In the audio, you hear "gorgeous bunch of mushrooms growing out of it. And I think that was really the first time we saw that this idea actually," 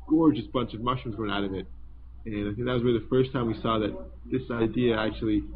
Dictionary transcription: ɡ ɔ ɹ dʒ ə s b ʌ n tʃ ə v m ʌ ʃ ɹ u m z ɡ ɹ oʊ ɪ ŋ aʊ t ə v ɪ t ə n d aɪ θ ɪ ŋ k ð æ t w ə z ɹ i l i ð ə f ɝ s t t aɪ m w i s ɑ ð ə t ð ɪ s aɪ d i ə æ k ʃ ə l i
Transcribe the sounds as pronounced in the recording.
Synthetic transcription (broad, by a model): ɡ ɔ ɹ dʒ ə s b ʌ n tʃ ə v m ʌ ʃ u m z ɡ oʊ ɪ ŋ aʊ t ə v ɪ t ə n aɪ θ ɪ ŋ k ð æ t w ə z w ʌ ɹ ð ə f ɝ s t t aɪ m w i s ɑ ð ə t ð ɪ s aɪ d i ə æ k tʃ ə l i